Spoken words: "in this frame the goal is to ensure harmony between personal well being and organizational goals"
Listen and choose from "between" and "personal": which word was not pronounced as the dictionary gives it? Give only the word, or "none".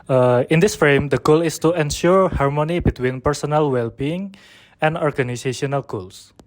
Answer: none